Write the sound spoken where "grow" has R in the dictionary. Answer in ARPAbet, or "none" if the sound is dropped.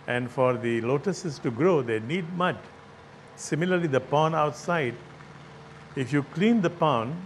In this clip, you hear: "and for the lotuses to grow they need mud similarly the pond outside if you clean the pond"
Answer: R